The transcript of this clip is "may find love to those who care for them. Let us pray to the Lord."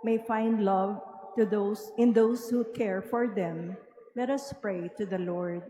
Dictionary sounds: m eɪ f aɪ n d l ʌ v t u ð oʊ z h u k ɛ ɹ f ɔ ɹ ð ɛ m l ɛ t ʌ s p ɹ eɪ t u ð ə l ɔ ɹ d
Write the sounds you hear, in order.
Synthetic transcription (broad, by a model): m eɪ f aɪ n d l ʌ v t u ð oʊ s h u k ɛ ɹ f ɔ ɹ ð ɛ m l ɛ t ʌ s p ɹ eɪ t u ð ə l ɔ ɹ d